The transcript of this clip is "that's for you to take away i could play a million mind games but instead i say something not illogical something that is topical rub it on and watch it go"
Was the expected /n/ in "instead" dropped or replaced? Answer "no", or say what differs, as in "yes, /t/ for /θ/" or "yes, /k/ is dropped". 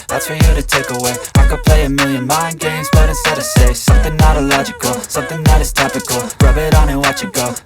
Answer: yes, /n/ is dropped